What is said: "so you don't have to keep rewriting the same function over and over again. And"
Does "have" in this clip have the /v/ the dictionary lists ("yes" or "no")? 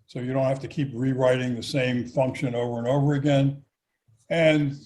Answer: no